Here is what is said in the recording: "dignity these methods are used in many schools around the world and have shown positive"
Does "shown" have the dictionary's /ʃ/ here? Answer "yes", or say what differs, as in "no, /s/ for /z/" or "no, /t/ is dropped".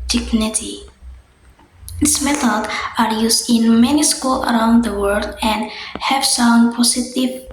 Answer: no, /s/ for /ʃ/